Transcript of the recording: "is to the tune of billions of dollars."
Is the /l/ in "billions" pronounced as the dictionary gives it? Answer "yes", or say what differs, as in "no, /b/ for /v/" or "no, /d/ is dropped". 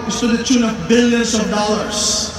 yes